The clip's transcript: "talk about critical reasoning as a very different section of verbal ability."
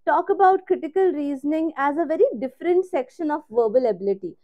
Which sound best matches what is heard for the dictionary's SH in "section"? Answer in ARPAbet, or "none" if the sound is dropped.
SH